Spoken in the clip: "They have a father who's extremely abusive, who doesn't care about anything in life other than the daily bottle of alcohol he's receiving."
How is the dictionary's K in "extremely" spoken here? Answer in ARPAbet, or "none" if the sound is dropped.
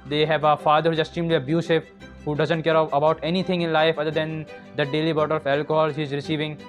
none